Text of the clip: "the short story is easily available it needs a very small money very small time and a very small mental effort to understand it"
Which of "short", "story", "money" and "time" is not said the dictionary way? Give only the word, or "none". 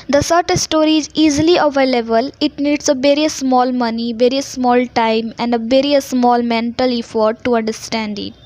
short